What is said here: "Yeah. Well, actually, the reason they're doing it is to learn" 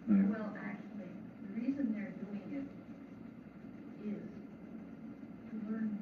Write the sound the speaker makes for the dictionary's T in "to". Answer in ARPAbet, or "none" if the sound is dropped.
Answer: T